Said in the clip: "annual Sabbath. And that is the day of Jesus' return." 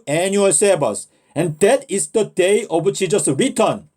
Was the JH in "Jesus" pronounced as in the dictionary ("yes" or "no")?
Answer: no